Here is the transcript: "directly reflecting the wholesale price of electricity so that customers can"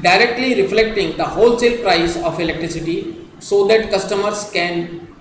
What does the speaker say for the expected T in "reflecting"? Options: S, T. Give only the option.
T